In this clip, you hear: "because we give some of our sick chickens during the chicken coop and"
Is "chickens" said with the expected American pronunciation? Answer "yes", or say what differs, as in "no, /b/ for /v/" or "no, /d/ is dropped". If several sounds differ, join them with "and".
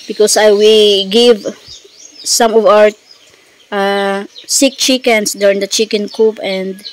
no, /s/ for /z/